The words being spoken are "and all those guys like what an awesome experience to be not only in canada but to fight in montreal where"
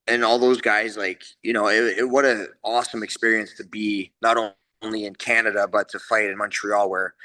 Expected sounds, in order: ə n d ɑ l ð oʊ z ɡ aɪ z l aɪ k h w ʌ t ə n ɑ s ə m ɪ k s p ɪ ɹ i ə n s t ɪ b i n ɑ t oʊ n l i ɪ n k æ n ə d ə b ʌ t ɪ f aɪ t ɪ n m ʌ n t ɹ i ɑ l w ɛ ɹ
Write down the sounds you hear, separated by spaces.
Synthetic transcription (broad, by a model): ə n ɑ l ð oʊ z ɡ aɪ z l aɪ k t w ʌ t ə ɑ s ə m ɪ k s p ɪ ɹ i ə n s t ɪ b i n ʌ t oʊ n l i ɪ n k æ n ə d ə b ʌ t ɪ f aɪ t ɪ n m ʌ n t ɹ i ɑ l w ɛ ɹ